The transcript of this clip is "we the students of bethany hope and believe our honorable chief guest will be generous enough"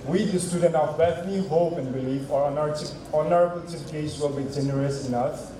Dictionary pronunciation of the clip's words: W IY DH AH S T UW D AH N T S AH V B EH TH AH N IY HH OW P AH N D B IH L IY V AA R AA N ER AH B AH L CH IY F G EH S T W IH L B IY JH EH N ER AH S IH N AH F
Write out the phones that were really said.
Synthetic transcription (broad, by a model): W IY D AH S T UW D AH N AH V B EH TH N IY HH OW P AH N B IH L IY F AA R AA N ER AH B AH L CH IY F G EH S W IH L B IY JH EH N ER AH S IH N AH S